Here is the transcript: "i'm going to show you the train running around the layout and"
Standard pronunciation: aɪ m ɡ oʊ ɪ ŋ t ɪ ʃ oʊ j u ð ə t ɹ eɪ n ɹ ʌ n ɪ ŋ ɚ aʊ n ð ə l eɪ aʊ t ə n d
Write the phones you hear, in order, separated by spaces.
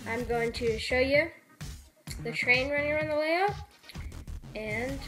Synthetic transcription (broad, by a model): aɪ m ɡ oʊ ɪ ŋ t ɪ ʃ oʊ j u ð ə t ɹ eɪ n ɹ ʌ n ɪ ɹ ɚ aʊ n ð ə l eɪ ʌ ə n